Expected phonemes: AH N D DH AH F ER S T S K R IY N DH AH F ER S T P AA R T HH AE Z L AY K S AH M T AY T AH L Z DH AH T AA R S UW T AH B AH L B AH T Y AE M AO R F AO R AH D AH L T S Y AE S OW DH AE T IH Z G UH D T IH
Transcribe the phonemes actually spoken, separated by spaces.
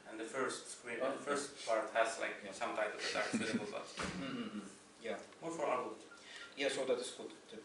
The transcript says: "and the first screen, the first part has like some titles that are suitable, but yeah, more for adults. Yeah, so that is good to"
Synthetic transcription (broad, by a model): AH N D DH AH F ER S T S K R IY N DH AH F ER S T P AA R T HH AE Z L AY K S AH M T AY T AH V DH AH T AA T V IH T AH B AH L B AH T Y AE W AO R F AO R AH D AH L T Y AE S OW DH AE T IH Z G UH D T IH